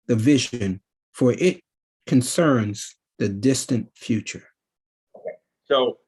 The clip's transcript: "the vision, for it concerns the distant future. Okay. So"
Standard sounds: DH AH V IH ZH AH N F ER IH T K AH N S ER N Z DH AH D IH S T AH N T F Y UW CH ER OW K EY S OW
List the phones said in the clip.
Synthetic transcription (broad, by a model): DH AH V IH ZH AH N F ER IH T K AH N S ER N Z DH AH D IH S T AH N T F Y UW CH ER OW K EY S OW